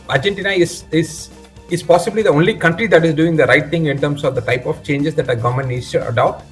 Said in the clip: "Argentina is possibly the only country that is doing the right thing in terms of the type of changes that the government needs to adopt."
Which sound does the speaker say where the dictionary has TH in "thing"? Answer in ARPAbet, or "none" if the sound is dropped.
T